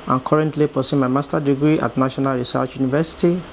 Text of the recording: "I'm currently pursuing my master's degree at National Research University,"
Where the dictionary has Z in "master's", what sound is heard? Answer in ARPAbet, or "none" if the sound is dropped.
none